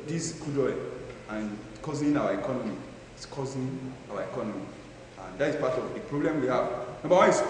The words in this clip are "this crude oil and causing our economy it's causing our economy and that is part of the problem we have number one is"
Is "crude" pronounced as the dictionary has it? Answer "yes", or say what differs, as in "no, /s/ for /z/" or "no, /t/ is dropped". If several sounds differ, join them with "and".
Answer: no, /ɹ/ is dropped